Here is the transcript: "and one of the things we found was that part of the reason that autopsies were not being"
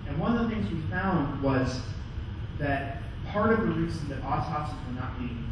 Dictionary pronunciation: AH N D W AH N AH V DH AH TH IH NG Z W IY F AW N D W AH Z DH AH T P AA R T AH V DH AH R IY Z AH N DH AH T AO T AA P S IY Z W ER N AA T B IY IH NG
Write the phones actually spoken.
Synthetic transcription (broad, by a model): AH N W AH N AH V DH AH TH IH NG Z W IY F AW N D W AH Z DH AH T P AA R T AH V DH AH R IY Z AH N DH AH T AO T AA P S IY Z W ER N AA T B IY